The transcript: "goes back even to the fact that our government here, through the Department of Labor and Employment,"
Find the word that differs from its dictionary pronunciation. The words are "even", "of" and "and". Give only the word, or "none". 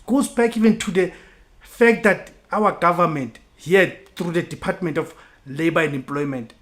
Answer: of